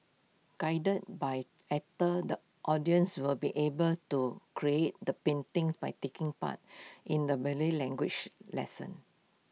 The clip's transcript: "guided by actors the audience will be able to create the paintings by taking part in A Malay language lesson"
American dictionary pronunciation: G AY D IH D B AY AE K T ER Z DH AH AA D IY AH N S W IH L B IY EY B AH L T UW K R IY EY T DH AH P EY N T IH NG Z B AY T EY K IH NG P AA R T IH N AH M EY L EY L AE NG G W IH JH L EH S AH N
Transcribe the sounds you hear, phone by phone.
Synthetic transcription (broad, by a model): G AY D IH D B AY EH T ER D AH AA D IY AH N S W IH L B IY EY B AH L T UW K R IY EY T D AH P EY N T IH NG S B AY T EY K IH NG P AA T T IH N AH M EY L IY L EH NG G W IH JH L EH S AH N